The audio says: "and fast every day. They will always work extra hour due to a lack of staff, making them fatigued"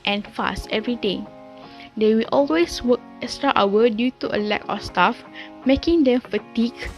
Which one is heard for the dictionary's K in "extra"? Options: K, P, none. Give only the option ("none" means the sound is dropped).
none